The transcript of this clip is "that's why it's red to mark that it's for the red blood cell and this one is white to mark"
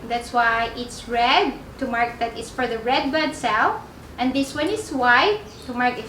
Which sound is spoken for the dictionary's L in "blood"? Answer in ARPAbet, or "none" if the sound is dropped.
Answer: none